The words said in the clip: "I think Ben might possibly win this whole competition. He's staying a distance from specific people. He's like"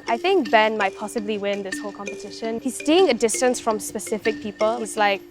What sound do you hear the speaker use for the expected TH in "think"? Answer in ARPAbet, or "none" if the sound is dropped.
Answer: TH